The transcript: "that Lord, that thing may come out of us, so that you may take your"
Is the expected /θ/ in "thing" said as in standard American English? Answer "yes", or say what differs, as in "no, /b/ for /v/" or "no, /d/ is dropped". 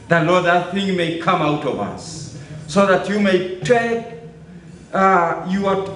yes